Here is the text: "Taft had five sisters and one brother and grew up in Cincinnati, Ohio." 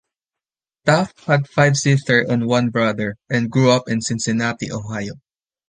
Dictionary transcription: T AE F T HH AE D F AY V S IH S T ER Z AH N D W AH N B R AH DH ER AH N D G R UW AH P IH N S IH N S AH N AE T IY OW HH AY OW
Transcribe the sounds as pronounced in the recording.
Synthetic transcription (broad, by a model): T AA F HH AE D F AY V S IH S T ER AH N W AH N B R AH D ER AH N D G R UW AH P IH N S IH N S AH N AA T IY OW HH AY OW